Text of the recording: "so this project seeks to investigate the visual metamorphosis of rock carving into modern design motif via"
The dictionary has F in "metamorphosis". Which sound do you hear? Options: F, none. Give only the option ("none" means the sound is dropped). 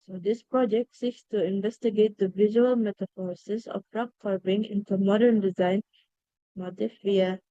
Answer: none